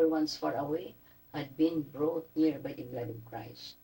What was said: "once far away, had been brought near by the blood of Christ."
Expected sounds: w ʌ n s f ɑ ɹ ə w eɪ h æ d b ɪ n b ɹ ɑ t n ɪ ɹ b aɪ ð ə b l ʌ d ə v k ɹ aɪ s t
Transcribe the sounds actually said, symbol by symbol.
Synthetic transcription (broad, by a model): w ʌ n s f ɑ ɹ ə w eɪ h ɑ d b ɪ n b ɹ ɑ t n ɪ ɹ b aɪ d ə b l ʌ d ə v k ɹ aɪ s t